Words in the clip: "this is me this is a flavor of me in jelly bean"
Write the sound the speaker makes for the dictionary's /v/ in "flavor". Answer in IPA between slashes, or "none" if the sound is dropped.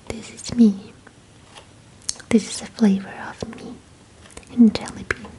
/v/